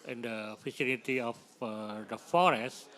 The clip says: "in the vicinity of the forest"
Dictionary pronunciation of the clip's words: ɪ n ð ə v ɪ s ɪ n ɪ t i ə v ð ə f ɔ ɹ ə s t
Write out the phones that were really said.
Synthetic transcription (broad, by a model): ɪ n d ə f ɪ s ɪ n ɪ t i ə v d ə f ɔ ɹ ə s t